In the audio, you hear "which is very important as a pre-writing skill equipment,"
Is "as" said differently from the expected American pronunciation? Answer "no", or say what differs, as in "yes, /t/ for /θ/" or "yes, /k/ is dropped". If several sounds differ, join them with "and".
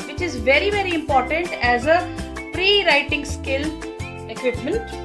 no